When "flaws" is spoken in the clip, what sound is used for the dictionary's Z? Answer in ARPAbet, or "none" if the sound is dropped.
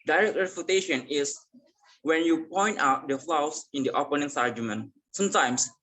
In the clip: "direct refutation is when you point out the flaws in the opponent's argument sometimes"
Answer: S